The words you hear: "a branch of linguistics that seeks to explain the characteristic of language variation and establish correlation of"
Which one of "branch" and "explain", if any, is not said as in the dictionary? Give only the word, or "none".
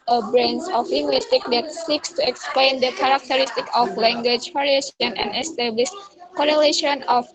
branch